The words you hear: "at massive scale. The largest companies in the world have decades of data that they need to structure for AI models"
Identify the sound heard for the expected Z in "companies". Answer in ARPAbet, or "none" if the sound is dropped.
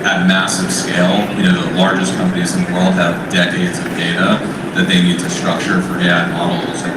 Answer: Z